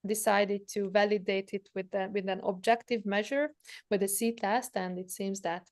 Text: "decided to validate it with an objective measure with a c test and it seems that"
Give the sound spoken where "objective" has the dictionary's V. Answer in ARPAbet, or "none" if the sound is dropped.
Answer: V